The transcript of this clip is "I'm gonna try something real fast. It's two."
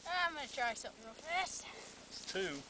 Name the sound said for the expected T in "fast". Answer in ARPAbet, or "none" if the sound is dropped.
none